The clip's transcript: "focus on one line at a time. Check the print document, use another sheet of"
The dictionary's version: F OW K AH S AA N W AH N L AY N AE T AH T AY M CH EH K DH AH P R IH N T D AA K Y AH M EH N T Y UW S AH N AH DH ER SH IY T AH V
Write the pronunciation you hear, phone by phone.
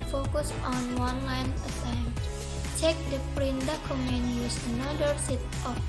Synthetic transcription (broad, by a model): F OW K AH S AA N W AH N L AY N AH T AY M CH EH K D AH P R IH N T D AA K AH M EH N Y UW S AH N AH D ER S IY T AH